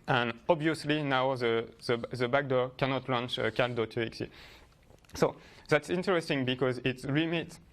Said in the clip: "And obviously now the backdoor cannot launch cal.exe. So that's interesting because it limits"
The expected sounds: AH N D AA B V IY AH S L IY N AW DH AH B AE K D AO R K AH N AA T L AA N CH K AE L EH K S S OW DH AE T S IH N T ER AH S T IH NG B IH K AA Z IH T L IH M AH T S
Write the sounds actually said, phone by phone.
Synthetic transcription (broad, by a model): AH N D AA B V IY AH S L IY N AW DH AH B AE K D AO R K AH N AA T L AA N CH K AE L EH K S S OW DH AE T S IH N T ER AH S T IH NG B IH K AA Z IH T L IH M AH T